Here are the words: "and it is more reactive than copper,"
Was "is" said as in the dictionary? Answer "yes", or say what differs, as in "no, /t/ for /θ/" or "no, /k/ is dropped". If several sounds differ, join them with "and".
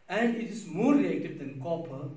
no, /s/ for /z/